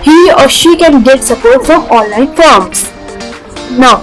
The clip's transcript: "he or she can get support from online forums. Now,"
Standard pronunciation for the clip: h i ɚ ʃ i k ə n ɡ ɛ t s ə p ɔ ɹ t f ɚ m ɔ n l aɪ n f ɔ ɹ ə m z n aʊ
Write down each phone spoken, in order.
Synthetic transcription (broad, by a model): h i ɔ ʃ i k ə n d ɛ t s ə p ɔ ɹ t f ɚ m ɔ n l aɪ n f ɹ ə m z n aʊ